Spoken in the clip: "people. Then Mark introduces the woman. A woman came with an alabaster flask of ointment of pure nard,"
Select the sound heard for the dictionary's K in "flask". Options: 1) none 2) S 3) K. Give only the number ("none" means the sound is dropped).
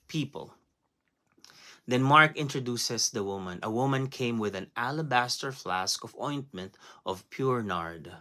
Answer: 3